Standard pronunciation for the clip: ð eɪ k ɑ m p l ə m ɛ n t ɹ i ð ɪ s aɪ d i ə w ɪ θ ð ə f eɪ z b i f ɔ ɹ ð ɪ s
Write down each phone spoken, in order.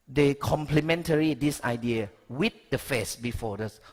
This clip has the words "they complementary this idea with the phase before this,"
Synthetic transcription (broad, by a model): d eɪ k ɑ m p l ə m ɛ n t ɹ i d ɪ s aɪ d i ə w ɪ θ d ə f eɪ s b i f ɔ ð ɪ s